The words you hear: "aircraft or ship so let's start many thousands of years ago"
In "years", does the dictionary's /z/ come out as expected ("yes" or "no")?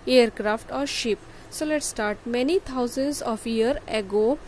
no